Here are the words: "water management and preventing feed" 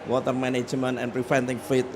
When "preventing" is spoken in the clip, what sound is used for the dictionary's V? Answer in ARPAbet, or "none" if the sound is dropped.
F